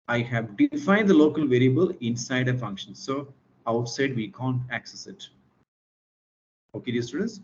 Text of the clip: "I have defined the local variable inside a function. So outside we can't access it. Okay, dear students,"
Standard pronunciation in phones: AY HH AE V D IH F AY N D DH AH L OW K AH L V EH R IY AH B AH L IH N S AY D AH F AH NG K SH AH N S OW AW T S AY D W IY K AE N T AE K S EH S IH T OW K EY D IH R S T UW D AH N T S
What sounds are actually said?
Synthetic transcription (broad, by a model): AY HH AE V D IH F AY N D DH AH L OW K AH L V EH R IY AH B AH L IH N S AY D AH F AH NG K SH AH N S OW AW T S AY D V IY K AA N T AE K S EH S IH T OW K EY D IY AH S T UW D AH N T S